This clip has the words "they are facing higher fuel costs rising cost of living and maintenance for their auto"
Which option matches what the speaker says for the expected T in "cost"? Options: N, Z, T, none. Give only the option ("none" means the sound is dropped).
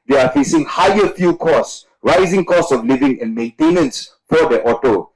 none